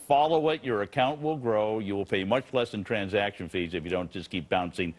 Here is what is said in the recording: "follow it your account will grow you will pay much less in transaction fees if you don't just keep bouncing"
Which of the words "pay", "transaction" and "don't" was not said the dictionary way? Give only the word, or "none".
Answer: none